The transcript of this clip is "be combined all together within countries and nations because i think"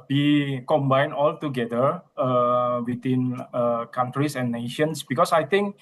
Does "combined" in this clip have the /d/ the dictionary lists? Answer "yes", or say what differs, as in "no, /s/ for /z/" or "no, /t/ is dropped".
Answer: no, /d/ is dropped